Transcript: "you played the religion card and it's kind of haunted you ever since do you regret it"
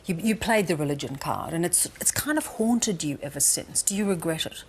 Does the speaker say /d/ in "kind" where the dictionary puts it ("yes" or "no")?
yes